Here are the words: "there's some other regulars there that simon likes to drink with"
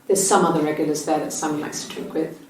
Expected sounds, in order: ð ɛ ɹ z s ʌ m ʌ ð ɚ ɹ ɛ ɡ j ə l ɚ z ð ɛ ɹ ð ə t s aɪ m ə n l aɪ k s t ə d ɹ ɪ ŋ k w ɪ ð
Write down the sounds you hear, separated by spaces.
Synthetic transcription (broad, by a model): ð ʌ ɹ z s ʌ m ʌ ð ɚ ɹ ɛ ɡ j l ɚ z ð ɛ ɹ ð ə t s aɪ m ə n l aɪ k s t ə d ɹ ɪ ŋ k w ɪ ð